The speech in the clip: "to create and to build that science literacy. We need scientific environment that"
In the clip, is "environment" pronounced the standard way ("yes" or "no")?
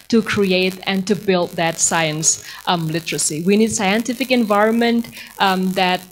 yes